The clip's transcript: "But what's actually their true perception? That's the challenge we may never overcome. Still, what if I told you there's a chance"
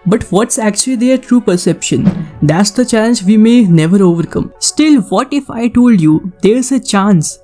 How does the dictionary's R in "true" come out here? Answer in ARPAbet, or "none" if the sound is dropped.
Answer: R